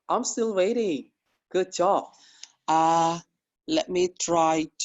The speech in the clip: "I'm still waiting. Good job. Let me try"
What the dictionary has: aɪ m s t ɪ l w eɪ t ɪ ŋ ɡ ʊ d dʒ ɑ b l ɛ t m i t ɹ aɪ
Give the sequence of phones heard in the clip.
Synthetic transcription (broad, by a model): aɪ m s t ɪ l w eɪ t ɪ ŋ ɡ ʊ d tʃ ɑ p l ɛ t m i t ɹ aɪ